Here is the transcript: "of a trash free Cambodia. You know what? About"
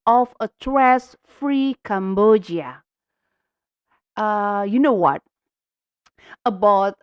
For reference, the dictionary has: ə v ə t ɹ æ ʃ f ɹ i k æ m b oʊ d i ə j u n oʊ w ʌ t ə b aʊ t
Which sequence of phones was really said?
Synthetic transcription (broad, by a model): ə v ə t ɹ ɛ s f ɹ i k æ m b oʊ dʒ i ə j u n oʊ w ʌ t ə b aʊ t